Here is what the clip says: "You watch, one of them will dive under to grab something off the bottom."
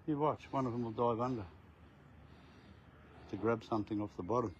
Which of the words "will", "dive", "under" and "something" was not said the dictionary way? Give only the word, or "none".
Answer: none